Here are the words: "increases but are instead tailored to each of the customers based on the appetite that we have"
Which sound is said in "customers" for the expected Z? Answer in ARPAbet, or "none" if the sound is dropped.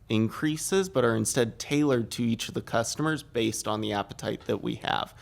Z